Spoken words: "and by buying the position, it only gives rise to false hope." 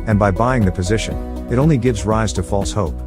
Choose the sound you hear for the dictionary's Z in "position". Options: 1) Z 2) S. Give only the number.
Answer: 1